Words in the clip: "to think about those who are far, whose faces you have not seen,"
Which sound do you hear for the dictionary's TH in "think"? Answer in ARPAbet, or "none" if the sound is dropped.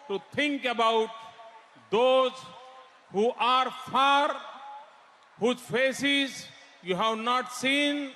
T